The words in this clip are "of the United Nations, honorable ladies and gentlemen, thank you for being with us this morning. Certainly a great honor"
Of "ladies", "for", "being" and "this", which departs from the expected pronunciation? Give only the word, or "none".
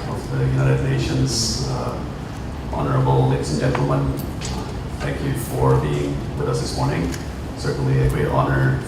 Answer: ladies